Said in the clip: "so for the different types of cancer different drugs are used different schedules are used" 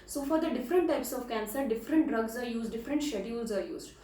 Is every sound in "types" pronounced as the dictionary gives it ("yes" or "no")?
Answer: yes